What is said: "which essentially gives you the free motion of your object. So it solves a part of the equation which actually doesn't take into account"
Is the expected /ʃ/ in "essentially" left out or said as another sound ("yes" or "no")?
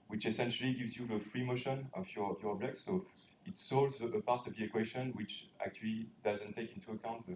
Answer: no